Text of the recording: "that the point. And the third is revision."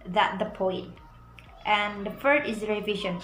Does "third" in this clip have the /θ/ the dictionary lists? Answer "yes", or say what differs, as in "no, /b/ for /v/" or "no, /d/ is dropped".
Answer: no, /f/ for /θ/